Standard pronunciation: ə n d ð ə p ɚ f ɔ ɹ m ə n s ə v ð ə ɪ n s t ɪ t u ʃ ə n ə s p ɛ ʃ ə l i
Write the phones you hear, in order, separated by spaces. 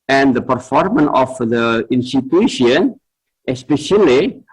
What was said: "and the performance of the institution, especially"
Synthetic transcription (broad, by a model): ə n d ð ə p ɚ f ɔ ɹ m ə n ə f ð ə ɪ n s t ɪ t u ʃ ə n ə s p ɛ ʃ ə l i